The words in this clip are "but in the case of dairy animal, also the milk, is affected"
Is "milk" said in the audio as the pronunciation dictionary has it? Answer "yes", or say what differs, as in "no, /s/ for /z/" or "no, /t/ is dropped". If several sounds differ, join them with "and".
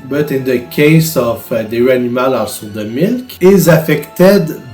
yes